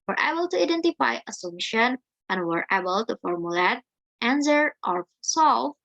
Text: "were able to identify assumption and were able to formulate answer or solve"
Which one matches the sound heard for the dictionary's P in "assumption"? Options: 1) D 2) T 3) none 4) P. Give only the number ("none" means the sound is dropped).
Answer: 3